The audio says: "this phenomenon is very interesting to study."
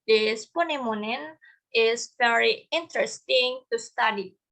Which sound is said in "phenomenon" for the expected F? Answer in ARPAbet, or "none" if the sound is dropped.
P